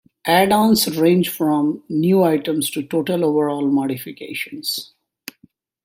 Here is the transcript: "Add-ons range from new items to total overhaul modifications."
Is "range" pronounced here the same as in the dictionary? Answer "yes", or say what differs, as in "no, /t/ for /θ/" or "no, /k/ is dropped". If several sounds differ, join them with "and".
yes